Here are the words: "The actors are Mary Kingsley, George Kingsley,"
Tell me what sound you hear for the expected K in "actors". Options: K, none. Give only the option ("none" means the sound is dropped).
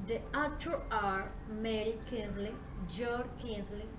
none